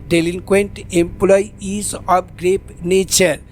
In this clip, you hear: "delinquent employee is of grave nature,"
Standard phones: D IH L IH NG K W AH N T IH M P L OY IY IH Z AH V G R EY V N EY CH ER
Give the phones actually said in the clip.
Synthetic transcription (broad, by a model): D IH L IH NG K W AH N T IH M P L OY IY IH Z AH P G R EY P N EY CH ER